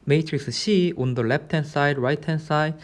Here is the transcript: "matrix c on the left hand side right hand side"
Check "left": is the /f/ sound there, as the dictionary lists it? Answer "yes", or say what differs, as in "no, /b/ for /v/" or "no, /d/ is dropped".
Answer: no, /p/ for /f/